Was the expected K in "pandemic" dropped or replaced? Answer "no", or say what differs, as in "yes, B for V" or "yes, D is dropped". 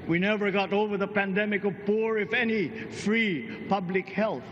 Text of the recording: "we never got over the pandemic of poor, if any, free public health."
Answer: no